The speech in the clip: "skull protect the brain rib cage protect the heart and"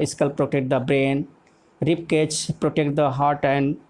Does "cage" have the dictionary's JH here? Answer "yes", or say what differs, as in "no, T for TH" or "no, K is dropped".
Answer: no, CH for JH